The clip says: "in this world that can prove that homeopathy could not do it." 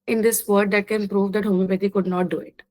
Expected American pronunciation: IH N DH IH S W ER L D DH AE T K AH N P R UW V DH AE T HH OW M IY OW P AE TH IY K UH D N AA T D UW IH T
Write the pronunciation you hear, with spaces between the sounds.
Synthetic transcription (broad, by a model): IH N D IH S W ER D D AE T K AH N P R UW V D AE T HH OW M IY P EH T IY K UH D N AA T D UW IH T